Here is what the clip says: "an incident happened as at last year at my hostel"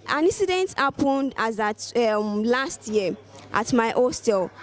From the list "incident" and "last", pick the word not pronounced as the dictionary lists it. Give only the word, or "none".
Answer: none